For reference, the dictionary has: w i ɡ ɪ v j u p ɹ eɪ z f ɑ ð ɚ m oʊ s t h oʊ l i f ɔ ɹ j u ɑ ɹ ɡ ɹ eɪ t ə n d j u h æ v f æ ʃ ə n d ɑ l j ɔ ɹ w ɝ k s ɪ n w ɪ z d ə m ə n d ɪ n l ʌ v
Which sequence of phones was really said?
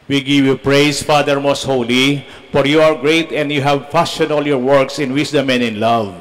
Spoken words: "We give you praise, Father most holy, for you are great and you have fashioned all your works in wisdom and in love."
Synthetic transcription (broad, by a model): w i ɡ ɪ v j u p ɹ eɪ s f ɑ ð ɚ m oʊ s t h oʊ l i f ɔ ɹ j u ɑ ɹ ɡ ɹ eɪ t ə n d j u h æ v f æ s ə n ɑ l j ɔ ɹ w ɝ k s ɪ n w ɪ s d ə m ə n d ɪ n l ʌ v